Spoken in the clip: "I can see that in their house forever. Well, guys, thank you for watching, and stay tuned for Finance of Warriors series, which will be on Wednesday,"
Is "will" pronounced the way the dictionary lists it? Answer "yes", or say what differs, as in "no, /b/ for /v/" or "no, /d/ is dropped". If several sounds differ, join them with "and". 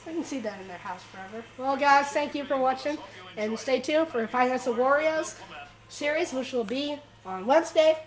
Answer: yes